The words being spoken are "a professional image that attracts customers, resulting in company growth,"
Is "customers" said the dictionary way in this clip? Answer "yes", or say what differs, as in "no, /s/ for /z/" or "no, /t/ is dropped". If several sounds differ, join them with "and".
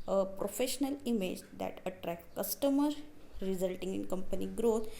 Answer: no, /z/ is dropped